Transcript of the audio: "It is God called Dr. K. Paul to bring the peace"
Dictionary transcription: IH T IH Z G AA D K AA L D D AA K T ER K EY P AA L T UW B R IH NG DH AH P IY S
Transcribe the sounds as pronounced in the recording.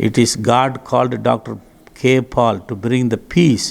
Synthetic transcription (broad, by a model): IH T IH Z G AA D K AA L D D AA K T ER K EY P AA L T UW B R IH NG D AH P IY S